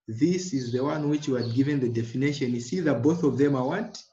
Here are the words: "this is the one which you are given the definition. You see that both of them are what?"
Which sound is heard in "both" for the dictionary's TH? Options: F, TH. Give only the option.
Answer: TH